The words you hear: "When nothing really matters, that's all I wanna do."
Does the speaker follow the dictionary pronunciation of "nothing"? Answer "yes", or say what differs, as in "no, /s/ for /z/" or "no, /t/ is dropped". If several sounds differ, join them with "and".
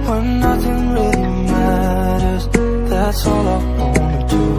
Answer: yes